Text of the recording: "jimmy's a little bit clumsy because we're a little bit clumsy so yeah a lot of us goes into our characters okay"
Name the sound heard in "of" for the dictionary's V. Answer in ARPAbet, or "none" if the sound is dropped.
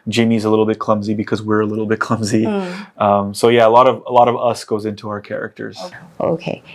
V